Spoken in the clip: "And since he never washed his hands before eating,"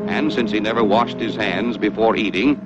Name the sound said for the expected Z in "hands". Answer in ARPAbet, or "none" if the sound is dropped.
Z